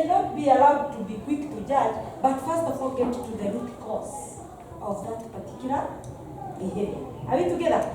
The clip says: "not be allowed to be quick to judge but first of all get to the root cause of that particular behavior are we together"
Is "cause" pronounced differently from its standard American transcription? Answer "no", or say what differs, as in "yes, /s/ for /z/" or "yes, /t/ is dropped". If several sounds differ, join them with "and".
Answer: yes, /s/ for /z/